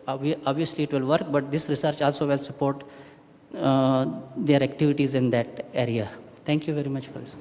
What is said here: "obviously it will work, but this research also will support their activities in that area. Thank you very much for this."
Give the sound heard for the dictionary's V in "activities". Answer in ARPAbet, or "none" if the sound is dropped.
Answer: V